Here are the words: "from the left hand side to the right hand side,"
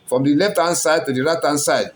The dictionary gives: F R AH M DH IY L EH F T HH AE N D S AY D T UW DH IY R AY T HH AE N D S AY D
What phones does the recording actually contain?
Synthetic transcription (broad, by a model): F R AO M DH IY L EH F T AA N S AY D T UW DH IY R AY T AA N S AY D